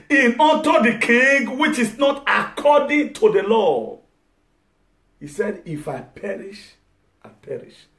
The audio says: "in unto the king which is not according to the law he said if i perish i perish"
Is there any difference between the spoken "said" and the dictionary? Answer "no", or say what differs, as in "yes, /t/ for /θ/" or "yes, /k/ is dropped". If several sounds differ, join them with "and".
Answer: no